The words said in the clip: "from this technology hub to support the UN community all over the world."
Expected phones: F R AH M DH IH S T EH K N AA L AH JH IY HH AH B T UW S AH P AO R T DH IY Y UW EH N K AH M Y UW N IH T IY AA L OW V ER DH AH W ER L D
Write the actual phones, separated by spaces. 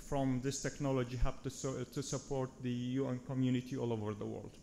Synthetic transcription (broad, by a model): F R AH M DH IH S T EH K N AA L AH JH IY HH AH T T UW S AH P AO R T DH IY Y UW EH N K AH M Y UW N IH T IY AA L OW V ER DH AH W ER L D